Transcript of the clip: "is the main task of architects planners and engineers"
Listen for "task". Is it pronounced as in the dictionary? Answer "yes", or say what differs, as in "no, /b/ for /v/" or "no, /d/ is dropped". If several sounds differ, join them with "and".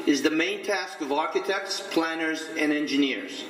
yes